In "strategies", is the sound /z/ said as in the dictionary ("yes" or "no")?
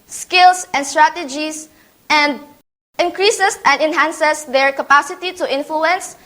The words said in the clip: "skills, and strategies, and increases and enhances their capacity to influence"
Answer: no